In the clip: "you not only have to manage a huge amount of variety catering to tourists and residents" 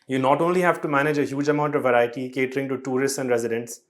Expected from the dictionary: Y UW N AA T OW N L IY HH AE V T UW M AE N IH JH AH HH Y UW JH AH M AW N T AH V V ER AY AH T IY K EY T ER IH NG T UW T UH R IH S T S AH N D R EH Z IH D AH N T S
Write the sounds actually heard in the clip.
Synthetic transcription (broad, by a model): Y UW N AA T OW N L IY HH AE V T UW M AE N IH JH AH HH Y UW JH AH M AW N T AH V V ER AY AH T IY K EY T ER IH NG T UW T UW R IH S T S AH N D R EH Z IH D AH N T S